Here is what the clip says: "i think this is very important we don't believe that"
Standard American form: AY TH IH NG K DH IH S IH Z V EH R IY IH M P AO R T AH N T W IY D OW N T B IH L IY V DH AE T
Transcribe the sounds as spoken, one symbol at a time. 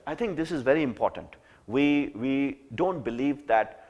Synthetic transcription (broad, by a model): AY T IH NG K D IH S IH Z V EH R IY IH M P AO R T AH N T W IY D OW N T B IH L IY V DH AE T